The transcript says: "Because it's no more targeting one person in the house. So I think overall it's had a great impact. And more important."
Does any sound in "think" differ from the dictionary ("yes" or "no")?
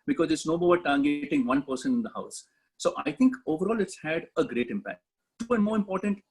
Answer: yes